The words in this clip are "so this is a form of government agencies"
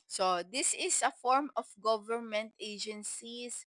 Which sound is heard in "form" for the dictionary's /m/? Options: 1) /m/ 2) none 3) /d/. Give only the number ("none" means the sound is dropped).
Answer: 1